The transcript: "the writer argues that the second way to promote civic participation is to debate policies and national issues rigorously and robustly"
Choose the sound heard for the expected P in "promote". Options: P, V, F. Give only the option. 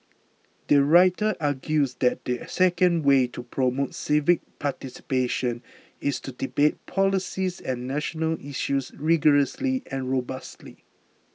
P